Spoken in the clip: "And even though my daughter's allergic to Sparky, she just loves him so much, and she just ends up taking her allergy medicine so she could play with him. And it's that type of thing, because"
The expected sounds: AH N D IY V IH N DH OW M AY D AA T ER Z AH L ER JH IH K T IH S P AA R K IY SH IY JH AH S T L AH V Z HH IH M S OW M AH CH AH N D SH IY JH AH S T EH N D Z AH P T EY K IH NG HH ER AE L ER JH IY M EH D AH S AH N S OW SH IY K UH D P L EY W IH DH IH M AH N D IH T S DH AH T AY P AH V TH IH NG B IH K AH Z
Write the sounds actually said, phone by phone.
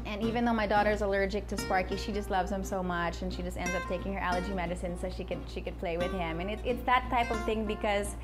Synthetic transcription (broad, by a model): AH N IY V IH N DH OW M AY D AA T ER Z AH L ER JH IH K T IH S P AA R K IY SH IY JH AH S T L AH V Z HH IH M S OW M AH CH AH N SH IY JH AH S T EH N D Z AH P T EY K IH NG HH ER AE L ER JH IY M EH D AH S AH N S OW SH IY K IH D P L EY W IH DH IH M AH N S IH T S DH AH T AY P AH V TH IH NG B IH K AH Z